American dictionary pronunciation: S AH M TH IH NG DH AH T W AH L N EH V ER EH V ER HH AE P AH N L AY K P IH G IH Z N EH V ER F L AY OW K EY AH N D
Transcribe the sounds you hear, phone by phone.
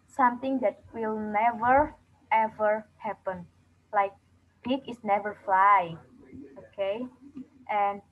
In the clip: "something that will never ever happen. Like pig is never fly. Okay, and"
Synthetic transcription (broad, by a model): S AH M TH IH NG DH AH T W AH L N EH V ER EH V ER HH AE P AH N L AY K B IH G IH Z N EH V ER F L AY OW K EY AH N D